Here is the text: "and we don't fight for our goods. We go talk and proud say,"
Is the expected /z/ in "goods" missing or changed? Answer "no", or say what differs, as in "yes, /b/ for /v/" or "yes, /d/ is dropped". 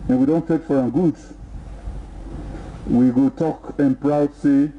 yes, /z/ is dropped